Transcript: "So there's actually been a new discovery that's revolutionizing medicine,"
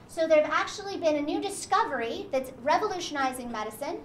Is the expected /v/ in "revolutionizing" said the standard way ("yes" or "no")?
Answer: yes